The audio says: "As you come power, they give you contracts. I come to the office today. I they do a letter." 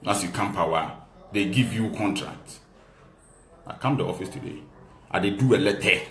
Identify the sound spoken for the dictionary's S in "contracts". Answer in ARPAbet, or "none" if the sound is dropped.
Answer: none